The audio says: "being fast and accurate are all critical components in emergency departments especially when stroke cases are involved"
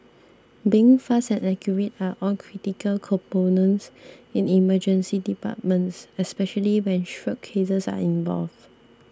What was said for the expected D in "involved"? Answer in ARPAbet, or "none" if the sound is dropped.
none